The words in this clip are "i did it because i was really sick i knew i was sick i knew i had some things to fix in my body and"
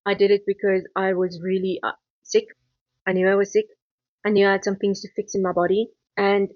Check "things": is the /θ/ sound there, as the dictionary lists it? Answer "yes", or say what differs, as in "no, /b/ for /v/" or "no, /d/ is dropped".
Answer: yes